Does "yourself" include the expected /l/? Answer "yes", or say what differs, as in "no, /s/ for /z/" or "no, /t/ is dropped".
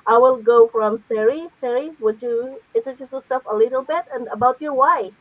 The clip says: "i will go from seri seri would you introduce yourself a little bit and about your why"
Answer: no, /l/ is dropped